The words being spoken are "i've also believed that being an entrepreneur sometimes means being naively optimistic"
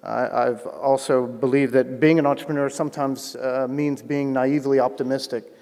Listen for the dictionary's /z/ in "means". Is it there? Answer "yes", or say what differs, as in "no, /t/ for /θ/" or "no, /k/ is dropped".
yes